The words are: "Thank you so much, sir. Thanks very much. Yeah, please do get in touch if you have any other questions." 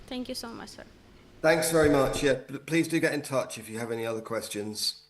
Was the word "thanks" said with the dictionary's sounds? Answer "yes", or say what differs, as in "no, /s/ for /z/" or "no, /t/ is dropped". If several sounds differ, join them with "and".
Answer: yes